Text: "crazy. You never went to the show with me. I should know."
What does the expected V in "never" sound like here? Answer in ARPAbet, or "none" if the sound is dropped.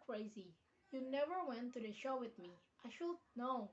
V